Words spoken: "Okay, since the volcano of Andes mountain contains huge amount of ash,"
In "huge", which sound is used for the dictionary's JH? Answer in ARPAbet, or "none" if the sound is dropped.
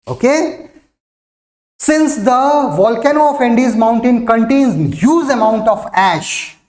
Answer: Z